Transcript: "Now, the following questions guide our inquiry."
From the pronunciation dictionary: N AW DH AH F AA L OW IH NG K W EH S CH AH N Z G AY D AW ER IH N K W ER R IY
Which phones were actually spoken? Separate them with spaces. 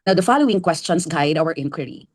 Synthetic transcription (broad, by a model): N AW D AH F AA L OW IH NG K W EH S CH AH N S G AY D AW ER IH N K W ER R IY